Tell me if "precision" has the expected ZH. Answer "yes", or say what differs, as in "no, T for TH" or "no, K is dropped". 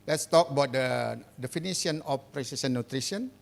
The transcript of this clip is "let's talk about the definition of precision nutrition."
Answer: no, S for ZH